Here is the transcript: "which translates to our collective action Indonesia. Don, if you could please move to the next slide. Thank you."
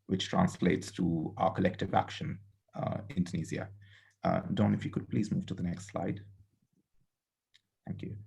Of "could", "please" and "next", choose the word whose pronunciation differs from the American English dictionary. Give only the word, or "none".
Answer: none